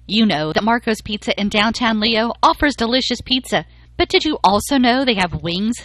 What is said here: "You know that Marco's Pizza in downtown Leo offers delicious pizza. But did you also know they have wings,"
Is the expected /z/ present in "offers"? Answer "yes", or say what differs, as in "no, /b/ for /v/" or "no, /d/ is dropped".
yes